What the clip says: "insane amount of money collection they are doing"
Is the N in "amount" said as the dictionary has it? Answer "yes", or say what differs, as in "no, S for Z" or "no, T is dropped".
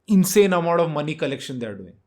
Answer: no, N is dropped